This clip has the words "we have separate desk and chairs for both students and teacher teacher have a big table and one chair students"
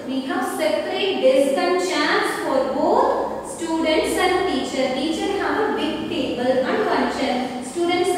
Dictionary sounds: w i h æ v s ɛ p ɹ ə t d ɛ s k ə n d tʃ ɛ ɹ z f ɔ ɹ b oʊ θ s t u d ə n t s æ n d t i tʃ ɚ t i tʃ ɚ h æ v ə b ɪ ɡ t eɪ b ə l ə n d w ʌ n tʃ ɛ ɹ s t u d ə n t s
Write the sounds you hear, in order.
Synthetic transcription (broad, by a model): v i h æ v s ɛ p ɹ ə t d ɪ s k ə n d tʃ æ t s f ɔ ɹ b oʊ t s t u d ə n t s æ n d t i tʃ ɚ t i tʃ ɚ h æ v ə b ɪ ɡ t eɪ b ə l ə n d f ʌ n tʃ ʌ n s t u d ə n t s